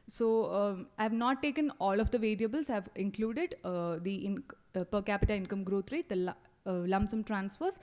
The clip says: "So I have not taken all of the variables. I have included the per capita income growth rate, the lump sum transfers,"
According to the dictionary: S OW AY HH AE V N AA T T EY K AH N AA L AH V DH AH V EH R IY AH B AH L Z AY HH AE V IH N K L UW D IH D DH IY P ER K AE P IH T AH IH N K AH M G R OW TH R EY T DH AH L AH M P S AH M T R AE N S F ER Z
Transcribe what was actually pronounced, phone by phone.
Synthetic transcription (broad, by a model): S OW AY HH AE V N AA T T EY K AH N AA L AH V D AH V EH R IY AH B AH L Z HH AE V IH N K L UW D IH D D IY P ER K AE P IH T AH IH N K AH M G R OW T R EY T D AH L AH M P S AH M T R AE N S F ER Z